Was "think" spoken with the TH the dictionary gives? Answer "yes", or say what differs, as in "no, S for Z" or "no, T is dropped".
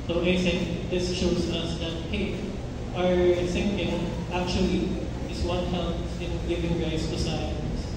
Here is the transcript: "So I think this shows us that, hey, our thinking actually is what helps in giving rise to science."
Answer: no, S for TH